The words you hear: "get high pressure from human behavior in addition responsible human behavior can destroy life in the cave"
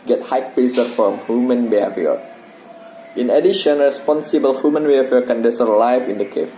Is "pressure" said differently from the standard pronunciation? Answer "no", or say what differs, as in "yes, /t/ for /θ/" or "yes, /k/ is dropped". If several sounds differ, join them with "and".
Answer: yes, /s/ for /ʃ/